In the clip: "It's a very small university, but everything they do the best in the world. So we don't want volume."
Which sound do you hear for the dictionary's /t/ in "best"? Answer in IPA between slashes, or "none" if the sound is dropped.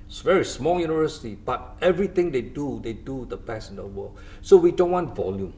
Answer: none